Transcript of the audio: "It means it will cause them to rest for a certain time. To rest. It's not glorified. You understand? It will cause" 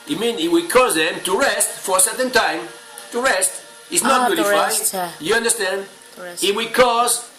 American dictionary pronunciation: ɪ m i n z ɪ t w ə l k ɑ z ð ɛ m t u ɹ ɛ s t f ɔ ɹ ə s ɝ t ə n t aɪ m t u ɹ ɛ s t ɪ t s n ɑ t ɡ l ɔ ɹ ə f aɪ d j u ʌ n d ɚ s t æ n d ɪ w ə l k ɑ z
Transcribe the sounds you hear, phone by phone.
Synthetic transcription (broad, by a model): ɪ m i n ɪ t w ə k ɑ z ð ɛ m t u ɹ ɛ s t f ɔ ɹ ə s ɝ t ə n t aɪ m t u ɹ ɛ s t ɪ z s n ɑ t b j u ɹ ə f aɪ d j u ʌ n d ɚ s t æ n d ɪ w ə k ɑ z